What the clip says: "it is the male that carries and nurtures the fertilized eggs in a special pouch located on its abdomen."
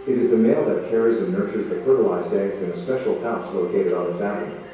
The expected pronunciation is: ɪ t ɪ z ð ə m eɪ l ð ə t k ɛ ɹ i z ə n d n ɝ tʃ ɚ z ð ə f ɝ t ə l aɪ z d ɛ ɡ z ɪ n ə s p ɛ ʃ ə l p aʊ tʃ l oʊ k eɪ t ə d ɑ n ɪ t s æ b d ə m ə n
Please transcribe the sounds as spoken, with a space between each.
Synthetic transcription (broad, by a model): ɪ t ɪ z ð ə m eɪ l ð ə t k ɛ ɹ i z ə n n ɝ tʃ ɚ z ð ə f ɝ t ə l aɪ z d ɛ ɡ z ɪ n ə s p ɛ ʃ l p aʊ s l oʊ k eɪ t ə d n ɪ t s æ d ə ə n